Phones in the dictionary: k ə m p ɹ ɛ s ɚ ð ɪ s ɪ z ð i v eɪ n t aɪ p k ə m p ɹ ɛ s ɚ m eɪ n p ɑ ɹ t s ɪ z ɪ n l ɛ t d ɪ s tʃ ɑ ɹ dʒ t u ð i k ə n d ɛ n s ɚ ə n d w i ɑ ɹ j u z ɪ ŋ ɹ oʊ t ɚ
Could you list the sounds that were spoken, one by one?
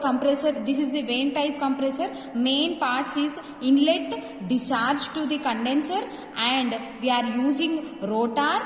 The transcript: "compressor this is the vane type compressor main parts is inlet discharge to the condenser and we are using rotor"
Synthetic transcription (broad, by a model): k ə m p ɹ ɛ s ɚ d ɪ s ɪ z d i v eɪ n t aɪ p k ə m p ɹ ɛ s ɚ m eɪ n p ɑ ɹ t s ɪ z ɪ n l ɛ t d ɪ tʃ ɑ ɹ dʒ t u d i k ə n d ɛ n s ɚ ə n d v i ɑ ɹ j u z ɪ ŋ ɹ oʊ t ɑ